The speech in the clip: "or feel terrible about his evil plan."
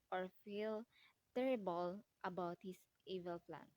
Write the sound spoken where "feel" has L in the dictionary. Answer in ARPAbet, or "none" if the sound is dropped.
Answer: L